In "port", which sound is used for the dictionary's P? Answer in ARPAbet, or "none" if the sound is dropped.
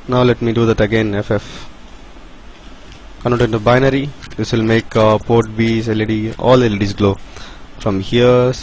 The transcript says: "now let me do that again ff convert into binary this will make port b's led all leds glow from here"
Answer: P